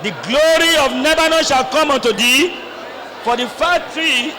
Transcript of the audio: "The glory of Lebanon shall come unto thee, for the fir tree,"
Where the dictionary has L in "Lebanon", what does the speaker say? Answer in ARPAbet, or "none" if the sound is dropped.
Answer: N